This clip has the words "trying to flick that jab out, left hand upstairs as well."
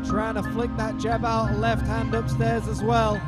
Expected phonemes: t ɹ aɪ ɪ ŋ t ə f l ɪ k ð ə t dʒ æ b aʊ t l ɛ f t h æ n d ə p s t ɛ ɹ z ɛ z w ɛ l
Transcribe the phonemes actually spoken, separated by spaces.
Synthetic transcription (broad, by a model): t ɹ aɪ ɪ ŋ t ə f l ɪ k ð ə t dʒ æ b aʊ t l ɛ f t h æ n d ə p s t ɛ ɹ z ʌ z w ɛ l